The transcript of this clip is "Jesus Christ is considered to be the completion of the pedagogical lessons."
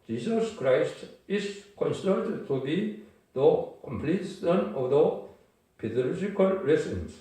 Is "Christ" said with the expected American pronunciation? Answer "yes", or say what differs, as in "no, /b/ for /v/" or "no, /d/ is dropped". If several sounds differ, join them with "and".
yes